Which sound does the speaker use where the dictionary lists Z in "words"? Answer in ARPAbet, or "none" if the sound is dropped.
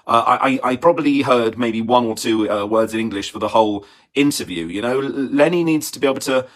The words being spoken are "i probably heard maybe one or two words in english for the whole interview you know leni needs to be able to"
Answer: Z